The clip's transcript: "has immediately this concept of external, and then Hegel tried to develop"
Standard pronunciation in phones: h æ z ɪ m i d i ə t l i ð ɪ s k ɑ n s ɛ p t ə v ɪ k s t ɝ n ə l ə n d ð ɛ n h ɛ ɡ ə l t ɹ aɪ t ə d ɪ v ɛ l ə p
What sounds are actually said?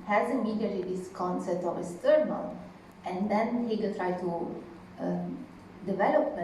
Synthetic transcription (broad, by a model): h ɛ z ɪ m i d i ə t i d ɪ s k ɑ n s ɛ p t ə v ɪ s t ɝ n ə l ə n d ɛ n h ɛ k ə t ɹ aɪ t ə d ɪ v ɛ l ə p